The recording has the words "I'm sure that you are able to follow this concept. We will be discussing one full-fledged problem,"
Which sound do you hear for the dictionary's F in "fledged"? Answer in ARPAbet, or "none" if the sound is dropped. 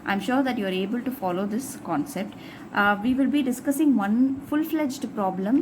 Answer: F